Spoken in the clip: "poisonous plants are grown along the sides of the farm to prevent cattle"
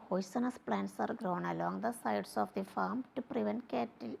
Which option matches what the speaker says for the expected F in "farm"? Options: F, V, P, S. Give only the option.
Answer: F